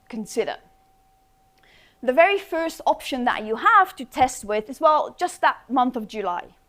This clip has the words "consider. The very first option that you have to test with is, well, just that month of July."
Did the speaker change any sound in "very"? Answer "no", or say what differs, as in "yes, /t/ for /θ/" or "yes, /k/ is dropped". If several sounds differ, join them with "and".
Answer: no